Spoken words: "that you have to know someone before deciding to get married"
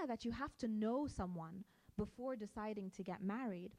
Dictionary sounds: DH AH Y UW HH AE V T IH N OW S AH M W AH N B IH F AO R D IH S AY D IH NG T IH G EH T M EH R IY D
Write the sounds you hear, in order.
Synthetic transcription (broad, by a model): DH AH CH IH HH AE F T IH N OW S AH M W AH N B IH F AO R D IH S AY D IH NG T IH G EH T M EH R IY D